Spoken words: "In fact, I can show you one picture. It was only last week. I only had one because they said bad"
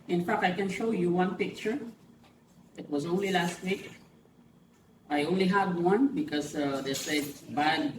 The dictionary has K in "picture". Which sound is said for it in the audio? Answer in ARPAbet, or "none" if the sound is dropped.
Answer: K